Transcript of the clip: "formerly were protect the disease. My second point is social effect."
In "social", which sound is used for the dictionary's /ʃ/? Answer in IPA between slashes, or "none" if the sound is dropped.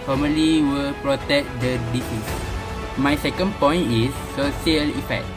none